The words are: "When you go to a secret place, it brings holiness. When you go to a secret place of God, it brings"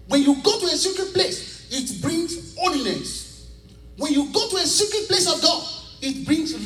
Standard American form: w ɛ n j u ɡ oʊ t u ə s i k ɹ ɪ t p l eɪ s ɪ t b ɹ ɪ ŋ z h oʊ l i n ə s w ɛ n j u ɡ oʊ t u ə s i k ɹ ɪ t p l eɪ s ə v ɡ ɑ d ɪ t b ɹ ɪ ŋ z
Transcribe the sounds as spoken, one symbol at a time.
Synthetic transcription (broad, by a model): w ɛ n j u ɡ oʊ t u ə s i k ɹ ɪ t p l eɪ s ɪ t b ɹ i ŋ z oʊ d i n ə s w ɛ n j u ɡ oʊ t u ə s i k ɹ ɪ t p l eɪ s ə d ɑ ɪ t b ɹ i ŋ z